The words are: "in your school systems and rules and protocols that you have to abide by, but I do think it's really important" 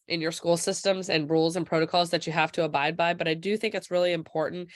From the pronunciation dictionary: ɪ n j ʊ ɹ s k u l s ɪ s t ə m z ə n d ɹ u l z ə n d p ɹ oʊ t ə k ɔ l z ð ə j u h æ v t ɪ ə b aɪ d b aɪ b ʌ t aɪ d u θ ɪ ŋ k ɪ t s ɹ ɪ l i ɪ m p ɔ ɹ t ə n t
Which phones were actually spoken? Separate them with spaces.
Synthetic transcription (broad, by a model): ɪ n j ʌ ɹ s k u l s ɪ s t ə m z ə n ɹ u l z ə n p ɹ oʊ t ə k ɔ l z ð ə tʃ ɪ h æ f t ɪ ə b aɪ d b aɪ b ʌ t aɪ d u θ ɪ ŋ k ɪ t s ɹ ɪ l i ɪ m p ɔ ɹ t n t